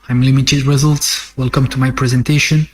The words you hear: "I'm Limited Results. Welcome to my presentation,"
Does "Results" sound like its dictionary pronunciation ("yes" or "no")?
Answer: yes